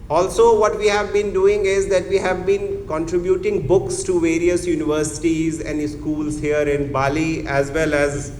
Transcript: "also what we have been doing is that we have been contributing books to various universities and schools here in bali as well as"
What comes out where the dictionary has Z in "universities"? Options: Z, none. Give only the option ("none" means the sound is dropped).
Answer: Z